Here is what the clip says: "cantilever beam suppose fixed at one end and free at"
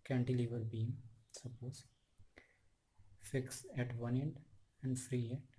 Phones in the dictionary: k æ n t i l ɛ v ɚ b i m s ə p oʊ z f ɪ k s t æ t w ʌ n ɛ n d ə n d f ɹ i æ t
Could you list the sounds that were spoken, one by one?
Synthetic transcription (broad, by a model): k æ n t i l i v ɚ b i m s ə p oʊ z f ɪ k s æ t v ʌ n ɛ n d ə n d f ɹ i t